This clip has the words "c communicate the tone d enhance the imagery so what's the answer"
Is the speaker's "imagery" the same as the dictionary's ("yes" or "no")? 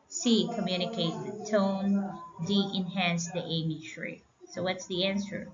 no